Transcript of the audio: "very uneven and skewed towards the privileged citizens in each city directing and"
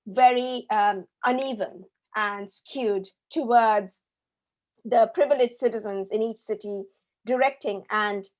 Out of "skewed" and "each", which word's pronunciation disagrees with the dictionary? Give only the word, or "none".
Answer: none